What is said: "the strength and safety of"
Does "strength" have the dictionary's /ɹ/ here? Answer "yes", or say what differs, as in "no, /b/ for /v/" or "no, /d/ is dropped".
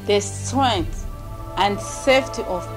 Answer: no, /ɹ/ is dropped